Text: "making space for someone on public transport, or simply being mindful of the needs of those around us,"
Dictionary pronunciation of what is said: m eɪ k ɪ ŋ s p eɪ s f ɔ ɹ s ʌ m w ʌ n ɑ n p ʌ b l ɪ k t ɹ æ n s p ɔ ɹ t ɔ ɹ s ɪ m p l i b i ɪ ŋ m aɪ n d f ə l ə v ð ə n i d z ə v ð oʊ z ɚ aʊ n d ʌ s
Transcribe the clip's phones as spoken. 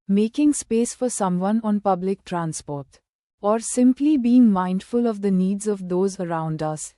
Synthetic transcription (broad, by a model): m eɪ k ɪ ŋ s p eɪ s f ɔ ɹ s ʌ m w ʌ n ɑ n p ʌ b l ɪ k t ɹ æ n s p ɔ ɹ t ɔ ɹ s ɪ m p l i b i ɪ ŋ m aɪ n d f ə l ə v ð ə n i d z ə v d oʊ z ɚ aʊ n d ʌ s